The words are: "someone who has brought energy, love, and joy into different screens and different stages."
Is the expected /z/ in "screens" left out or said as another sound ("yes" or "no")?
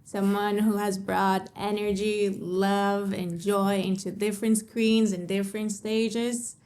no